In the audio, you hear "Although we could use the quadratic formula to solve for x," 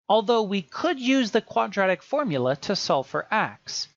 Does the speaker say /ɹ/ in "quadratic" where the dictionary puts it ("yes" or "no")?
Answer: yes